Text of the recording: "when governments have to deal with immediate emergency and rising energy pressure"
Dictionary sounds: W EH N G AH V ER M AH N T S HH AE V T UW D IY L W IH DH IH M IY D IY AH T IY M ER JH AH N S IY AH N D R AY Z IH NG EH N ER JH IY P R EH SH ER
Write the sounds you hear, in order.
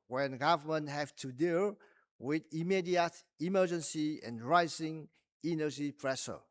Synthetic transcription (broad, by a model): W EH N G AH V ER M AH N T HH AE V T UW D IY L W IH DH IH M IY D IY AH T IY M ER JH AH N S IY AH N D R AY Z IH NG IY N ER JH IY P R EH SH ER